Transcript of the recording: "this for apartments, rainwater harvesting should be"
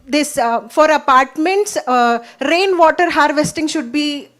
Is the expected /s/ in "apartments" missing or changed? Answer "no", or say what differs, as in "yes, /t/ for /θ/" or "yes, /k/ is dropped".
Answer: no